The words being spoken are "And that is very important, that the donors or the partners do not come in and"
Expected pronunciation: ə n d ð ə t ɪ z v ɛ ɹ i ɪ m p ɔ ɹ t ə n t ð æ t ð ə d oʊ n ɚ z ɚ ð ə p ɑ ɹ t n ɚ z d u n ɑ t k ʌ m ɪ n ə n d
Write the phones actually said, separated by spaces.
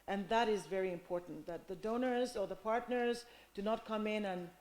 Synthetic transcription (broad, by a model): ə n ð ə t ɪ z v ɛ ɹ i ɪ m p ɔ ɹ t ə n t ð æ t ð ə d oʊ n ɚ z ɚ ð ə p ɑ ɹ t n ɚ z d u n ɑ t k ʌ m ɪ n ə n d